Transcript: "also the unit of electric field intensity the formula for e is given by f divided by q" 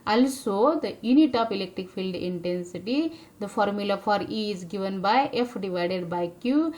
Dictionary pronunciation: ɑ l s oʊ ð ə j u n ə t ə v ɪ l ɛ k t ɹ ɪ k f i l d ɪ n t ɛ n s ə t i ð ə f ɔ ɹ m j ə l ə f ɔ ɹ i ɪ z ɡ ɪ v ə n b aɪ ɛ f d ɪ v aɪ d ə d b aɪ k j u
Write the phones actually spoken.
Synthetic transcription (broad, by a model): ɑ l s oʊ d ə j u n ə t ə p ɪ l ɛ k t ɹ ɪ k f i l d ɪ n t ɛ n s ə t i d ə f ɔ ɹ m j ə l ə f ɔ ɹ i ɪ z ɡ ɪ v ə n b aɪ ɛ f d ɪ v aɪ d ə d b aɪ k j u